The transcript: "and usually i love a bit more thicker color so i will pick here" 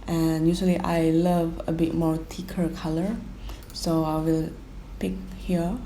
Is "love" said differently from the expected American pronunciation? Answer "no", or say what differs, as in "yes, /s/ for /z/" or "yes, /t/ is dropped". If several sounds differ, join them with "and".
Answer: no